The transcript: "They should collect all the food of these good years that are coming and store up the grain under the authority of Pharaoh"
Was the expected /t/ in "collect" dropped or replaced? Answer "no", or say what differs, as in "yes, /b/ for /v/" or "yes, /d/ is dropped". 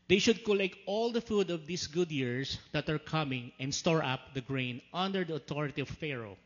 no